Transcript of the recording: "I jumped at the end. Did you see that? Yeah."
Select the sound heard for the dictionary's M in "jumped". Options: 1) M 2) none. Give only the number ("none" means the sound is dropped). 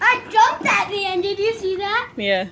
2